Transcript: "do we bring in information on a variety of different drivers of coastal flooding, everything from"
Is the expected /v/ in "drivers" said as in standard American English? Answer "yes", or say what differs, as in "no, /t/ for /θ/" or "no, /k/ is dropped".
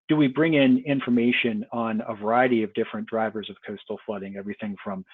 yes